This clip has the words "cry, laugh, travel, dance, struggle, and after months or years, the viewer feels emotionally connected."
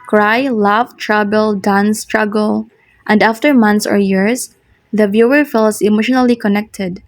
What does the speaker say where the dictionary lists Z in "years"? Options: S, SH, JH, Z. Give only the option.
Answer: S